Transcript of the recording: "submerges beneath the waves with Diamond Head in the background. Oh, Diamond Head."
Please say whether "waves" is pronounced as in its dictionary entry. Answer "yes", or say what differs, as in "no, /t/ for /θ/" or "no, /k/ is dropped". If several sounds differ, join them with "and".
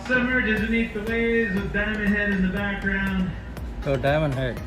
no, /v/ is dropped